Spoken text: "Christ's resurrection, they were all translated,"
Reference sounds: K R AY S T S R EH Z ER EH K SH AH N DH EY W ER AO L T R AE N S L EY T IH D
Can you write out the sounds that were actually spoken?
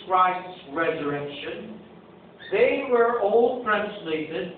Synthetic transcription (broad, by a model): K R AY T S R EH Z ER EH K SH AH N DH EY W ER AO L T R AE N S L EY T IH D